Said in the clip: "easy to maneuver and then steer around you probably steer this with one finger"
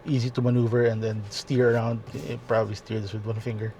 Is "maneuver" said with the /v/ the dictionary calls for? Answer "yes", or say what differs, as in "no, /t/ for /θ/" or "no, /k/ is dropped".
yes